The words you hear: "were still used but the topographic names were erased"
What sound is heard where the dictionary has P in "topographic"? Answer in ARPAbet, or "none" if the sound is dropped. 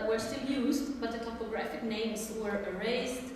P